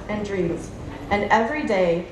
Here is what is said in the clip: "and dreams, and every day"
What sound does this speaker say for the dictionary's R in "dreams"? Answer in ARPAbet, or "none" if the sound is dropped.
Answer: R